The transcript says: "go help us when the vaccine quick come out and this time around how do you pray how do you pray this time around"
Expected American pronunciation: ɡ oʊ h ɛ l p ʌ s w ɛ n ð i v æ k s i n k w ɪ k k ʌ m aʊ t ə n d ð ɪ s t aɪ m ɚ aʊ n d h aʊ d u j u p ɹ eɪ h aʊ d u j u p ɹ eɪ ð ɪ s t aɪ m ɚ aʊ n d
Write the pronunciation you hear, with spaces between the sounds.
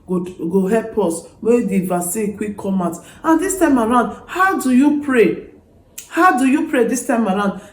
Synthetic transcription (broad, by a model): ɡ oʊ h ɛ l p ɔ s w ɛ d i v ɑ s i k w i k k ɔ m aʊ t ə n d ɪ s t aɪ m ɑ aʊ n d h aʊ d u j u p ɹ eɪ h aʊ d u j u p ɹ eɪ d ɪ s t aɪ m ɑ aʊ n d